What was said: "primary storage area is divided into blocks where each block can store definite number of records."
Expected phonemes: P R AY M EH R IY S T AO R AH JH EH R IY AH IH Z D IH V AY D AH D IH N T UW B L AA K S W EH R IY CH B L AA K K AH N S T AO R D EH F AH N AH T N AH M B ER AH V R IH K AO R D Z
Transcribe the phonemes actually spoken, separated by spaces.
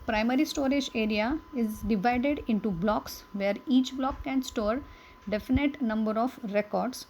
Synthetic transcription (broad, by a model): P R AY M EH R IY S T AO R AH JH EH R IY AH IH Z D IH V AY D AH D IH N T UW B L AA K S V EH R IY CH B L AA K K AH N S T AO R D EH F AH N AH T N AH M B ER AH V R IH K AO R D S